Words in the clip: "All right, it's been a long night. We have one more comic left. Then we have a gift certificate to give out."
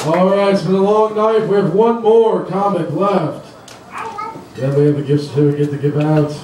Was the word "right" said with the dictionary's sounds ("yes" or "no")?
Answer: no